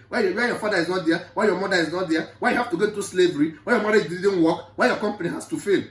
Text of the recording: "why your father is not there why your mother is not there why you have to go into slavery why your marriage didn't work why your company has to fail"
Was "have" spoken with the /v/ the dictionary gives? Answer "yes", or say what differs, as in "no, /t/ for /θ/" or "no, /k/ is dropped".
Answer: no, /f/ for /v/